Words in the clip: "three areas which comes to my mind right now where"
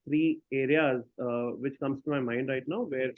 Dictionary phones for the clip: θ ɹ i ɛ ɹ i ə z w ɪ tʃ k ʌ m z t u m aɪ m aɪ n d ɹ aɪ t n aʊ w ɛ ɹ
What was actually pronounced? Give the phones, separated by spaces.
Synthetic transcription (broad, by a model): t ɹ i ɛ ɹ i ə z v ɪ tʃ k ʌ m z t u m aɪ m aɪ n d ɹ aɪ t n aʊ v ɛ ɹ